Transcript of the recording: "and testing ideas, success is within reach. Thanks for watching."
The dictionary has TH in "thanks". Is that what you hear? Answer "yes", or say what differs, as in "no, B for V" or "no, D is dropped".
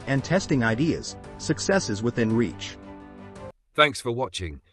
yes